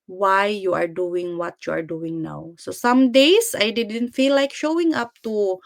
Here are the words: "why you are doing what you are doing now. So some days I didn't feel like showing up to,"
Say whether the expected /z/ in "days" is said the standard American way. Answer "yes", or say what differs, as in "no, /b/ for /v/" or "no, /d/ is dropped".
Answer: no, /s/ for /z/